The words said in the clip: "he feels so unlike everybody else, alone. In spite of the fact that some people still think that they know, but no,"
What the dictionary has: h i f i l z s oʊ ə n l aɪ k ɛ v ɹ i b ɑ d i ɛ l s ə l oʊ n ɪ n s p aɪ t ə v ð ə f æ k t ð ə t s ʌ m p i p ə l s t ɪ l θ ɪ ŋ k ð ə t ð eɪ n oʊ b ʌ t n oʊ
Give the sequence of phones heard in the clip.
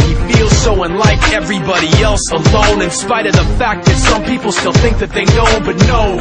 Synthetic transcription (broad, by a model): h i f i l z s oʊ ə n l aɪ k ɛ v ɹ i b ɑ d i ɛ l s ə l oʊ n ɪ n s p aɪ t ə v ð ə f æ k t ð ə t s ʌ m p i p l s t ɪ l θ ɪ ŋ k ð ə t ð eɪ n oʊ b ʌ t n oʊ